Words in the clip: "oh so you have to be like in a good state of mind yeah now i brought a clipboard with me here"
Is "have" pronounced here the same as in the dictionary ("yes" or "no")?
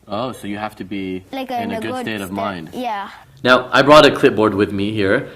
no